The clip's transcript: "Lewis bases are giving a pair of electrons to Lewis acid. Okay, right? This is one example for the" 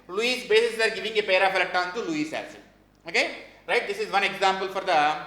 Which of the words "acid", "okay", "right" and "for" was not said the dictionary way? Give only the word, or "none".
acid